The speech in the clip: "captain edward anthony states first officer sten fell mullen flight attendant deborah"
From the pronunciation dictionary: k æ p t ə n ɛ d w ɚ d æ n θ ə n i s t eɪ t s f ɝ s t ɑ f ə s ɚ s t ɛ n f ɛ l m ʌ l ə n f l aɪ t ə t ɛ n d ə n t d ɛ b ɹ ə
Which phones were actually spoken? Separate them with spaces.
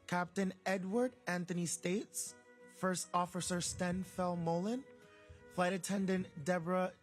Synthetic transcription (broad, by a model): k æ p t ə n ɛ d w ɚ d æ n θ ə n i s t eɪ t s f ɝ s t ɑ f ə s ɚ s t ɛ n f ɛ l m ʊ l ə n f l aɪ t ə t ɛ n d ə n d ɛ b ɹ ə